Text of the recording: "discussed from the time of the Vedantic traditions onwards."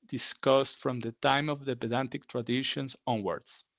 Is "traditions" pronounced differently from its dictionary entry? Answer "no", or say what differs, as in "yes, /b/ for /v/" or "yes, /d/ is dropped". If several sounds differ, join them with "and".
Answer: yes, /s/ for /z/